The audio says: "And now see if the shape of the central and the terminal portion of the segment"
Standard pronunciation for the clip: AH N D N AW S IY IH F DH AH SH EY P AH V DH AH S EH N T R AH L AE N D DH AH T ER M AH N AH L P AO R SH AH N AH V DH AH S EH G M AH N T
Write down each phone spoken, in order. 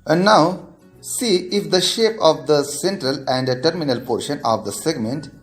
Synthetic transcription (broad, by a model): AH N D N AW S IY IH F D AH SH EY P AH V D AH S EH N T R AH L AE N D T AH T M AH N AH L P AO R SH AH N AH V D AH S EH G M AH N T